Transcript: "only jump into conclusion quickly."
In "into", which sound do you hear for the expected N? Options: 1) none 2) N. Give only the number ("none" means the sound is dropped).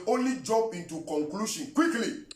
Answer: 2